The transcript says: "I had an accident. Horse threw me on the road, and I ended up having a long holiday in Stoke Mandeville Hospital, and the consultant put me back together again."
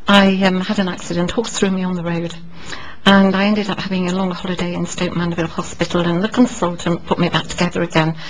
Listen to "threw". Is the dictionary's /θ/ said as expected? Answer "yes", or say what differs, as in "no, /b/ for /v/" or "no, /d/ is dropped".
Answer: yes